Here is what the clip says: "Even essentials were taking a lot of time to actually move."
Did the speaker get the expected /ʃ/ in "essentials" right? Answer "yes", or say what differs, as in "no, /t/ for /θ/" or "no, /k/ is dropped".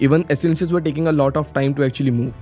no, /s/ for /ʃ/